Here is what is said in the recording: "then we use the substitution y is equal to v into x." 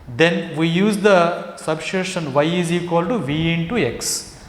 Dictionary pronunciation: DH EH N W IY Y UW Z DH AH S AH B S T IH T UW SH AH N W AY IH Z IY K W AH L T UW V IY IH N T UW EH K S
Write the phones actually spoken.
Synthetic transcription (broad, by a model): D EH N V IY Y UW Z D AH S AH B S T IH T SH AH N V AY IH Z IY K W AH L T UW V IY IH N T UW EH K S